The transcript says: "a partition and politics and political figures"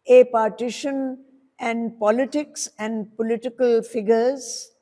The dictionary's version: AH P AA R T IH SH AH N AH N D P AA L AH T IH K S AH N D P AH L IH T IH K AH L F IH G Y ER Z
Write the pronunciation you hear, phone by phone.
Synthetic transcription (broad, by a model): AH P AA R T IH SH AH N AH N D P AA L AH T IH K S AH N D P AH L IH T IH K AH L F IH G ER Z